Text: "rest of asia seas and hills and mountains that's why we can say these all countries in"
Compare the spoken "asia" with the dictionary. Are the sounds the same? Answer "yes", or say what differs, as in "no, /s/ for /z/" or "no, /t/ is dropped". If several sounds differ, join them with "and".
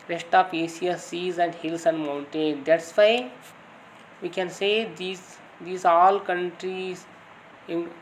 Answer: no, /s/ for /ʒ/